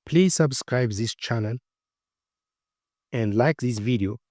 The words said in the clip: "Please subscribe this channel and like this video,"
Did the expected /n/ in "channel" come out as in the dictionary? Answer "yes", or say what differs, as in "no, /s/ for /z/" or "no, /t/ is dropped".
yes